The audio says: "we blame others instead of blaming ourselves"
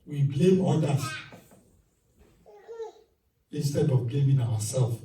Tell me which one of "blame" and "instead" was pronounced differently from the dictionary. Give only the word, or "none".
none